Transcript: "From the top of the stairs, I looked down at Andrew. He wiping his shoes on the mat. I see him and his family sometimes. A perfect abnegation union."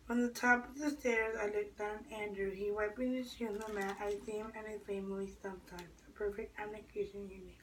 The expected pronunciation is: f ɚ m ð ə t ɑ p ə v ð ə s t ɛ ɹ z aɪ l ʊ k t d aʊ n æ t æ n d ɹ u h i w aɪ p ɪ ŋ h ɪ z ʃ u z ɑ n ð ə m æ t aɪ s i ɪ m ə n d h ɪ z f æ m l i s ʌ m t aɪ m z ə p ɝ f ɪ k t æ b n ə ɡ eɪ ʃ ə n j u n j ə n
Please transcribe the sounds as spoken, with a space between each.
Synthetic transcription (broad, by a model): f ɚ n ð ə t ɑ p ə v ð ə s t ɛ ɹ z aɪ l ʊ k d aʊ n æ æ n d ɹ u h i w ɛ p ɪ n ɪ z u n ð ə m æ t aɪ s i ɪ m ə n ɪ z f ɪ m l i s ʌ m t aɪ m z ə p ɝ f ɪ k t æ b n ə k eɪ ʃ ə n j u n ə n